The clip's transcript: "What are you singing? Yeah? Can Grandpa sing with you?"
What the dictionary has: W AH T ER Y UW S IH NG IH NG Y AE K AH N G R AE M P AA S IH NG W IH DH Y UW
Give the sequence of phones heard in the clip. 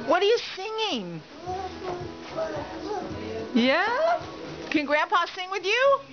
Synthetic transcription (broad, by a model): W AH T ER Y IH S IH NG IH NG Y AE K AH N G R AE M P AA S IH NG W IH DH Y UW